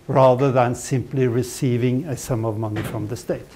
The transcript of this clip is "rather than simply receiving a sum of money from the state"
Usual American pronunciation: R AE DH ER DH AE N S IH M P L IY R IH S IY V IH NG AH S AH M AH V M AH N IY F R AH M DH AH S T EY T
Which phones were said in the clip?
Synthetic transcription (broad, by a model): R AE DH ER DH AE N S IH M P L IY R IH S IY V IH NG AH S AH M AH V M AH N IY F R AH M DH AH S T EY T